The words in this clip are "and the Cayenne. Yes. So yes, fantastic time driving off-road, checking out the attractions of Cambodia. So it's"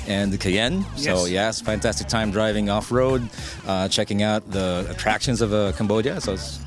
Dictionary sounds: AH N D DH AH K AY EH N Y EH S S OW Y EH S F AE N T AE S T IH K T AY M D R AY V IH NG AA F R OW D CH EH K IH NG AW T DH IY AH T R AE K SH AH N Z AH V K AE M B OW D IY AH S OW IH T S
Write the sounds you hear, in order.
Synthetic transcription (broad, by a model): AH N DH AH K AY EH N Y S S OW Y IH S F AE N T AE S T IH K T AY M D R AY V IH NG AA F R OW D CH EH K IH NG AW T DH IY AH T R AE K SH AH N Z AH V K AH M B OW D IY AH S OW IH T S